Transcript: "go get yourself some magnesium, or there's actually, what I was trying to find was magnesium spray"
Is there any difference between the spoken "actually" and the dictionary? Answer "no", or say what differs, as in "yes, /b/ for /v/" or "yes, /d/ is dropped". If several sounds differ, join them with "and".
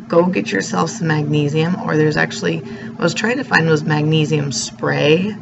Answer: yes, /l/ is dropped